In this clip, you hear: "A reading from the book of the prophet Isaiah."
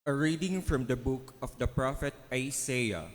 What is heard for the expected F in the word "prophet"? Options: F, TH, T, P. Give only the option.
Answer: F